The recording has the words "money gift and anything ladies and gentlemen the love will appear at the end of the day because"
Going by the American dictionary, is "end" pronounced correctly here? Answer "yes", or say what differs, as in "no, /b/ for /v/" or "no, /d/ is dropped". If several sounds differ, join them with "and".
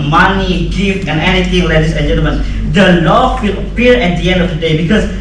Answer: yes